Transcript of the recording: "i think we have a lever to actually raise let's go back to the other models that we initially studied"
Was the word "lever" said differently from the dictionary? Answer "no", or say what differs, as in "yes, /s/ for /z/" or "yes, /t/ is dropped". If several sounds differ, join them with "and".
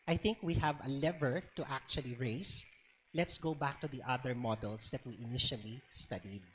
no